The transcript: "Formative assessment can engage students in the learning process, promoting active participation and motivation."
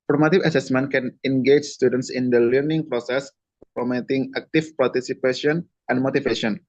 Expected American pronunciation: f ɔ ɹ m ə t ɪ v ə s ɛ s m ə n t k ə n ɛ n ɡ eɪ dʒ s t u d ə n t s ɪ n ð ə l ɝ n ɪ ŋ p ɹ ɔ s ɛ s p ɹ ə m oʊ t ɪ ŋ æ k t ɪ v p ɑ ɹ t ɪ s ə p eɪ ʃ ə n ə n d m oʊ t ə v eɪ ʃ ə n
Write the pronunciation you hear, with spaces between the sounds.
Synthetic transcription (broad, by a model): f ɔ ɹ m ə t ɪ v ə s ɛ s m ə n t k ə n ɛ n ɡ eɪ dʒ s t u d ə n t s ɪ n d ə l ɝ n ɪ ŋ p ɹ ɔ s ɛ s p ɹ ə m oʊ t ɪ ŋ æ k t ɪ f p ɑ ɹ t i s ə p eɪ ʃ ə n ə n m oʊ t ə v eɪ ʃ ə n